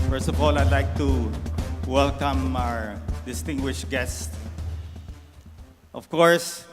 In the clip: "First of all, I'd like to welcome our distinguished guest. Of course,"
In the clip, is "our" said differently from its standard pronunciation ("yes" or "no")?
no